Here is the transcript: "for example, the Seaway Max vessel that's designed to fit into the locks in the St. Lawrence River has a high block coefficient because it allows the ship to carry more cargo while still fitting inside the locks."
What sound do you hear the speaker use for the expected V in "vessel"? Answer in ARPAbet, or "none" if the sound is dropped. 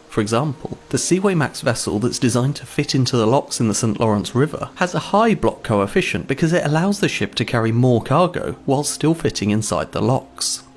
V